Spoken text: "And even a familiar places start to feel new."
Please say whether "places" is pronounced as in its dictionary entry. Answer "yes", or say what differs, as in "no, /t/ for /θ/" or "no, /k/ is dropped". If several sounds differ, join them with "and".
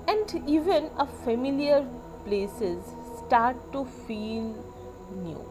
yes